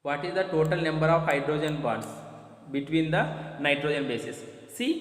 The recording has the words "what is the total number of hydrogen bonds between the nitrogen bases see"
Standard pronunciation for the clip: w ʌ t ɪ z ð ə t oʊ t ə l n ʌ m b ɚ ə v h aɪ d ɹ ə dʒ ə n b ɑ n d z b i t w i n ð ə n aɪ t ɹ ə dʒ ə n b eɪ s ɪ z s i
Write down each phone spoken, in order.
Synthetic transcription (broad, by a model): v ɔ t ɪ z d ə t oʊ t ə l n ʌ m b ɚ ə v h aɪ d ɹ ə dʒ ə n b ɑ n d s b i t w i n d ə n aɪ t ɹ ə dʒ ə n b eɪ s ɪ s i